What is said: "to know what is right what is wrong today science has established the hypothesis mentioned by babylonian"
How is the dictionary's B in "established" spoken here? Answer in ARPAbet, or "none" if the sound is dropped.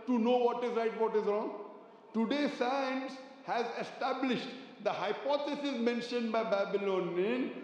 B